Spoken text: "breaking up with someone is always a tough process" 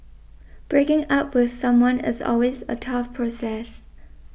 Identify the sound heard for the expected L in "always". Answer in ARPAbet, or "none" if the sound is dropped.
L